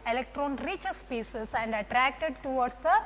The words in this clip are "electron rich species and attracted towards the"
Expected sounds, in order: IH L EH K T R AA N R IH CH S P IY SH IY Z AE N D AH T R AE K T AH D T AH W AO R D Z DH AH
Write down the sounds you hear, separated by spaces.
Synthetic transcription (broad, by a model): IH L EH K T R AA N R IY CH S P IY S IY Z AE N D AH T R AE K T AH D T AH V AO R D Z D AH